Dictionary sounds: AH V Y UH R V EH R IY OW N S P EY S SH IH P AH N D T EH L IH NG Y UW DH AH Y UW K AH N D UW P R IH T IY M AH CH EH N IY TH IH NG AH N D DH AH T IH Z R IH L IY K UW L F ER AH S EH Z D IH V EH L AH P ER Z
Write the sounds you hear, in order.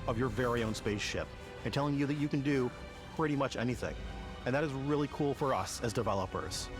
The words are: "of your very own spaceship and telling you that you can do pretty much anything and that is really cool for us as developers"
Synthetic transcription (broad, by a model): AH V Y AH R V EH R IY OW N S P EY S SH IH P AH N T EH L IH NG Y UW DH AH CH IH K AH N D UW P R IH T IY M AH CH EH N IY TH IH NG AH N DH AH T IH Z R IH L IY K UW L F ER AH S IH Z D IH V EH L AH P ER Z